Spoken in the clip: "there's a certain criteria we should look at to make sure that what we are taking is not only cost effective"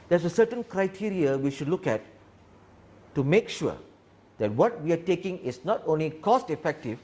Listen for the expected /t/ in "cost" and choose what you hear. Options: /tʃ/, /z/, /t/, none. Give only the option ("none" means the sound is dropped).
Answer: /t/